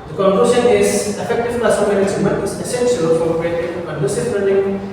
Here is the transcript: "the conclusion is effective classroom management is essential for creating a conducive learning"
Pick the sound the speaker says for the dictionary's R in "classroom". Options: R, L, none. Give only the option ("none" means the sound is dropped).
none